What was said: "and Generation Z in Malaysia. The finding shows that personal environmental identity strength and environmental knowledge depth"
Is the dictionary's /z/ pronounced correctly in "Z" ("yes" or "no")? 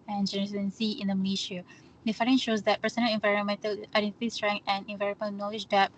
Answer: no